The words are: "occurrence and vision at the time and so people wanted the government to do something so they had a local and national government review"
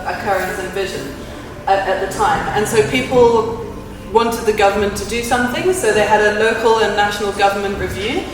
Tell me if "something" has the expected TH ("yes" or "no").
yes